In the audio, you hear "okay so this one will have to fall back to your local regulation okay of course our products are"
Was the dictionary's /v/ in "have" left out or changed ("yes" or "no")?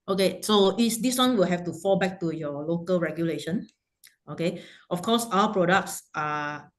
yes